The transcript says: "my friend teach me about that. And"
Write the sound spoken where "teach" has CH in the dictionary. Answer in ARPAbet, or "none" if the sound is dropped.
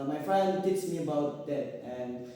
S